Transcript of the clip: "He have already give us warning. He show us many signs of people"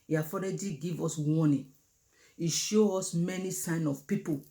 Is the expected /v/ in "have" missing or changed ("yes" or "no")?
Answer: yes